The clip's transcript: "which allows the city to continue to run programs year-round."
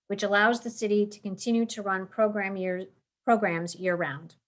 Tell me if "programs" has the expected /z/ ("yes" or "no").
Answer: yes